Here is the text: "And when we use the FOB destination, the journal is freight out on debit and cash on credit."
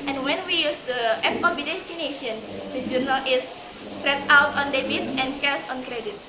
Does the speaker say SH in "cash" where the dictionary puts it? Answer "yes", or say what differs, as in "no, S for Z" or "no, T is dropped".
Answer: no, S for SH